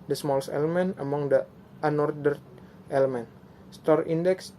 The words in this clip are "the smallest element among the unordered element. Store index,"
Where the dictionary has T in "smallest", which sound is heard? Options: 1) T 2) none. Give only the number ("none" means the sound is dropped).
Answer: 2